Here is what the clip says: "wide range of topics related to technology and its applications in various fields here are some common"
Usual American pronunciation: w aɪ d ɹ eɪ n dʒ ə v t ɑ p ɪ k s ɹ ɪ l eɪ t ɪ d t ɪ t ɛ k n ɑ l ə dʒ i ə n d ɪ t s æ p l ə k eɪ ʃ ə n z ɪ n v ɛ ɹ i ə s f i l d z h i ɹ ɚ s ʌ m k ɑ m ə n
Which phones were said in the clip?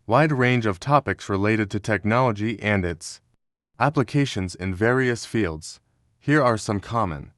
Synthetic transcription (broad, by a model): w aɪ d ɹ eɪ n dʒ ə v t ɑ p ɪ k s ɹ ɪ l eɪ t ɪ d t ɪ t ɛ k n ɑ l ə dʒ i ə n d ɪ t s æ p l ə k eɪ ʃ ə n z ɪ n v ɛ ɹ i ə s f i l d z h i ɹ ɚ s ʌ m k ɑ m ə n